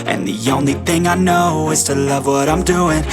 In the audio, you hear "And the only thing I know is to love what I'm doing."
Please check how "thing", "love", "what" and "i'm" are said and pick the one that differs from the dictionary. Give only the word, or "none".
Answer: none